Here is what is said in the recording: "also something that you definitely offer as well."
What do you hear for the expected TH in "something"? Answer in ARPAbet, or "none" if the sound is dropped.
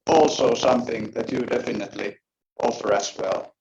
TH